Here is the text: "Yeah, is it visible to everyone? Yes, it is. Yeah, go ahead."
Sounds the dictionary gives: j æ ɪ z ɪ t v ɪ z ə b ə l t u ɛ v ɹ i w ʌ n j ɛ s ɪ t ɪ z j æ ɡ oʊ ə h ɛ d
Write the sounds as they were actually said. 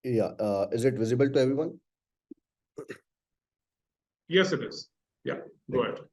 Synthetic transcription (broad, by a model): j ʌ ɪ z ɪ t v ɪ z ə b ə l t u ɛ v ɹ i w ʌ n j ɛ s ɪ t ɪ z j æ ɡ oʊ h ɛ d